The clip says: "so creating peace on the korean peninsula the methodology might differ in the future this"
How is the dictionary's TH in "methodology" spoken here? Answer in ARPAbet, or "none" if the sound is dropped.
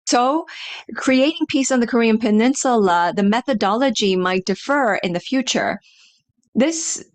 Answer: TH